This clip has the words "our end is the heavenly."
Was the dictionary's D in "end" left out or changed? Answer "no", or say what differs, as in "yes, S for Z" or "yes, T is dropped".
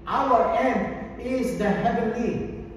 yes, D is dropped